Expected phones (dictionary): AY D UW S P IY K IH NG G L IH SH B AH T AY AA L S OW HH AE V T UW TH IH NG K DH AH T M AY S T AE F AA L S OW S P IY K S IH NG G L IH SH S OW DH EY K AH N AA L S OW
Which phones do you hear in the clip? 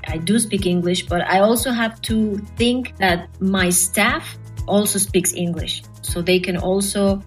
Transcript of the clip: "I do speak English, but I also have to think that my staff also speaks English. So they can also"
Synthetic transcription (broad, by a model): AY D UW S P IY K IH NG G L IH SH B AH T AY AA L S OW HH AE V T UW TH IH NG K DH AH T M AY S T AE F AA L S OW S P IY K S IH NG G L IH SH S OW DH EY K AH N AA L S OW